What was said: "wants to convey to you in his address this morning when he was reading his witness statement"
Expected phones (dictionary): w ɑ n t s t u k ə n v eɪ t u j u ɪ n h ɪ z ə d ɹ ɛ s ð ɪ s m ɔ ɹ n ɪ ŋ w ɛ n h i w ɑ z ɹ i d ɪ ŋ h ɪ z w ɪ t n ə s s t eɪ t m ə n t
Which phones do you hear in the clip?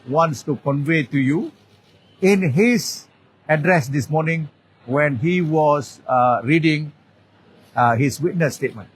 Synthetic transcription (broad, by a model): w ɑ n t s t u k ə n v eɪ t u j u ɪ n h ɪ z ə d ɹ ɛ s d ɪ s m ɔ n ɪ ŋ w ɛ n h i w ɑ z ɹ i d ɪ ŋ h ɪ s w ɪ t n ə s s t eɪ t m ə n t